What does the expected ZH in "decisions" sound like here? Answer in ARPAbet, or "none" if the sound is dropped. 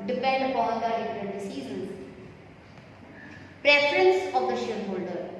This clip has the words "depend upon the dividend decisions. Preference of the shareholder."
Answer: Z